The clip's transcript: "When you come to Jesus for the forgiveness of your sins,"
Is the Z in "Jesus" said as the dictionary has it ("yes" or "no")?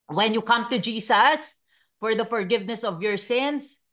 no